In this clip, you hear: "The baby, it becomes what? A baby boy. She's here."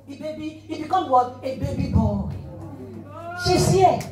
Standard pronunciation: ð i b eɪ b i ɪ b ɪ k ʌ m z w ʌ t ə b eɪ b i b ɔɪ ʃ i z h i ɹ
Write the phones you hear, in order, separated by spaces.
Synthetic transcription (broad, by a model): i b eɪ b i ɪ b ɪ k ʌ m w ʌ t ə b eɪ b i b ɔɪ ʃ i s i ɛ